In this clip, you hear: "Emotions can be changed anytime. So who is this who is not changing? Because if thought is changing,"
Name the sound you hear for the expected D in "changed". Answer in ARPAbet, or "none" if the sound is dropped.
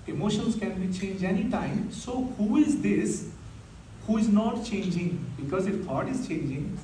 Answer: none